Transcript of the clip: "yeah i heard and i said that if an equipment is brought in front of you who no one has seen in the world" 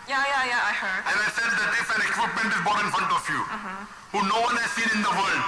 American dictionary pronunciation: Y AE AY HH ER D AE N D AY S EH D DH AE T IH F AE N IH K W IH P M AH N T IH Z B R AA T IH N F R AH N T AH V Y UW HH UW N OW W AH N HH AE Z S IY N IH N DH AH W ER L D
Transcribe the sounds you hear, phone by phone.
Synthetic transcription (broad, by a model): Y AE AY HH ER D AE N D AY S EH D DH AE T IH F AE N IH K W IH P M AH N T IH Z B AA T IH N F R AH N T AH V Y UW HH UW N OW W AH N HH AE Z S IY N IH N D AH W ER L D